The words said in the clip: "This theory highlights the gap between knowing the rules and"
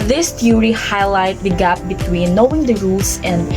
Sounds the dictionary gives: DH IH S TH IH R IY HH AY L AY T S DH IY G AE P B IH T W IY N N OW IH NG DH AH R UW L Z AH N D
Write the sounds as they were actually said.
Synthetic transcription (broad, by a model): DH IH S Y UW R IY HH AY L AY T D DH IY G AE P B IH T W IY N N OW IH NG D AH R UW L S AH N D